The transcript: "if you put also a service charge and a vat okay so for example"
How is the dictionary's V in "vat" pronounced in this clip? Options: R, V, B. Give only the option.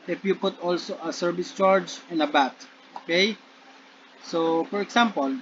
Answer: B